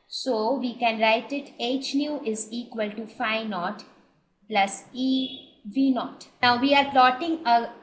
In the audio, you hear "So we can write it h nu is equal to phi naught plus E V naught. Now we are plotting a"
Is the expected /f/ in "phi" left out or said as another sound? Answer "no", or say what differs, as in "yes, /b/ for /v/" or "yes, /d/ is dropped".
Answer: no